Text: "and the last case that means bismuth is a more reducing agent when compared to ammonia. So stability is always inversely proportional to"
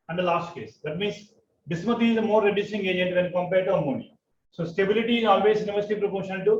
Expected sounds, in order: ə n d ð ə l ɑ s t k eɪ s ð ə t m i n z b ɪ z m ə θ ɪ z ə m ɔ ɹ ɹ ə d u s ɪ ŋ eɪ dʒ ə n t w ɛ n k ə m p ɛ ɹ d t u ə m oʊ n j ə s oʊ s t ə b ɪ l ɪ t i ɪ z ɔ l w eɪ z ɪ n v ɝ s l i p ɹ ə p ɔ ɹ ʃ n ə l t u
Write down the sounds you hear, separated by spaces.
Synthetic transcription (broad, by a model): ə n d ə l ɑ s t k eɪ s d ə t m i n s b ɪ s m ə t ɪ z ə m ɔ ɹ ɹ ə d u s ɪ ŋ eɪ dʒ ə n t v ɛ n k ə m p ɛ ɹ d t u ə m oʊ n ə s oʊ s t ə b ɪ l ɪ t i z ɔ l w eɪ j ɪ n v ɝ s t i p ɹ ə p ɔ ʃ ə n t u